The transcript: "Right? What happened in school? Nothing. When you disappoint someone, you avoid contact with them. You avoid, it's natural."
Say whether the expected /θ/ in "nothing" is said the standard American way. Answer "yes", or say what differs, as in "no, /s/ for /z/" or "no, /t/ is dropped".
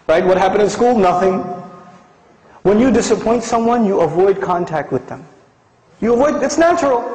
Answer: yes